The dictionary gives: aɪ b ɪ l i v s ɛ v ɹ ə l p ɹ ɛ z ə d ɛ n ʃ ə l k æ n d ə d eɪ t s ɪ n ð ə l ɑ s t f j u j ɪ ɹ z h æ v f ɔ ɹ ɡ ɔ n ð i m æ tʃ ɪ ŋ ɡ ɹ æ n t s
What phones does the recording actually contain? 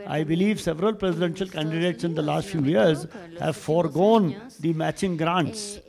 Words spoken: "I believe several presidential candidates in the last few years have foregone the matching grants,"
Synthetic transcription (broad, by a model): aɪ b ɪ l i v s ɛ v ɹ ə l p ɹ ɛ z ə d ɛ n ʃ ə l k æ n d ə d eɪ t s ɪ n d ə l ɑ s t f j u j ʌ ɹ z h æ v f ɔ ɹ ɡ ɔ n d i m æ tʃ ɪ ŋ ɡ ɹ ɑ n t s